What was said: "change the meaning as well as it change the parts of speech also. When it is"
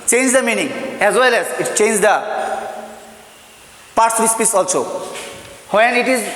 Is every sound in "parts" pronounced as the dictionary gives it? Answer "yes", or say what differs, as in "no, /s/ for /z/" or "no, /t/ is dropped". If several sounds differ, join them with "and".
no, /s/ is dropped